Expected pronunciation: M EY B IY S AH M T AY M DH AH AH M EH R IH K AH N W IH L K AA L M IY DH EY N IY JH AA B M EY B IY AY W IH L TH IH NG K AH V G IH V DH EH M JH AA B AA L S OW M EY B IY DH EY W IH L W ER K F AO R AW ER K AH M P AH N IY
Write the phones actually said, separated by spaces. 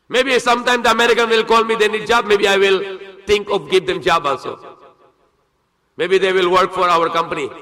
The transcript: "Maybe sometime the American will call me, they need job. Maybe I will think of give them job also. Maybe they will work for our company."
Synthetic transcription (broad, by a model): M EY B IY S AH M T AY M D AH AH M EH R IH K AH N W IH L K AA L M IY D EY N IY JH AA B M EY B IY AY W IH L T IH NG K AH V G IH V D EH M JH AA B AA N S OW M EY B IY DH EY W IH L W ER K F AO R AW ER K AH M P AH N IY